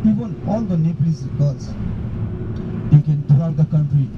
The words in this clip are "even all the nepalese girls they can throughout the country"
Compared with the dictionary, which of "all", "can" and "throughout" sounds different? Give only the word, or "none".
throughout